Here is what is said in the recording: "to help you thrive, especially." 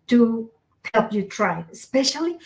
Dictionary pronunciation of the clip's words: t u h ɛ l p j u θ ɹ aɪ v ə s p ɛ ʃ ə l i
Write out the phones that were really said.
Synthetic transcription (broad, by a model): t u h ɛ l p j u t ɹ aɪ ə s p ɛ ʃ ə l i